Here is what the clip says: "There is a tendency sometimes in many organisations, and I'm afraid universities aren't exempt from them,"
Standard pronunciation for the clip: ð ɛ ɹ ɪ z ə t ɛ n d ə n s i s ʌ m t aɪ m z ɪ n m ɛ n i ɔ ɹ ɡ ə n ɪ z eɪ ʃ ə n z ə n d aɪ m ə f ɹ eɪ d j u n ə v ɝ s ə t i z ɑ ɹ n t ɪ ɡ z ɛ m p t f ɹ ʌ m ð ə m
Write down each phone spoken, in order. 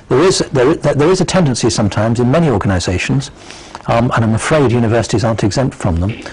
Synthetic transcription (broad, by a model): ð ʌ ɹ ɪ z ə t ɛ n d ə n s i s ʌ m t aɪ m z ɪ n m ɛ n i ɔ ɹ ɡ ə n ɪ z eɪ ʃ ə n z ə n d aɪ m ə f ɹ eɪ d j u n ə v ɝ s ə t i z ɑ ɹ n t ɪ ɡ z ɛ m p t f ɹ ʌ m ð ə m